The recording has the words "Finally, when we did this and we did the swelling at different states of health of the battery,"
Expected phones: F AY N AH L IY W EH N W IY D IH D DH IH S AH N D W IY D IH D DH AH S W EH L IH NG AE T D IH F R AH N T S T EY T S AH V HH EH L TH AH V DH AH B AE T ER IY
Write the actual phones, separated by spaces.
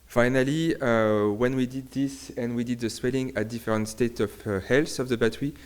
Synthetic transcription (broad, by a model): F AY N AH L IY W EH N W IY D IH D DH IH S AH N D W IY D IH D DH AH S W EH L IH NG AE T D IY F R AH N T S T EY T AH V HH EH L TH AH V DH AH B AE T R IY